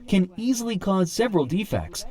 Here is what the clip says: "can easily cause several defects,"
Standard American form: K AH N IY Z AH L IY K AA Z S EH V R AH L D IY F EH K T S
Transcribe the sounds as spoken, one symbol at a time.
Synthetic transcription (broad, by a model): K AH N IY Z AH L IY K AA Z S EH V R AH L D IY F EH K T S